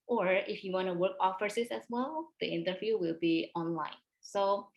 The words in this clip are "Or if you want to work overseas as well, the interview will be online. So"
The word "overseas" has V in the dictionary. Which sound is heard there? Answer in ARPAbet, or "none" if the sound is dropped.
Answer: F